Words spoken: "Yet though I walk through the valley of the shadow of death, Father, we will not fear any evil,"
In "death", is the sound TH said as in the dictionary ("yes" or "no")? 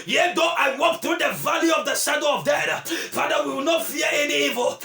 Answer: no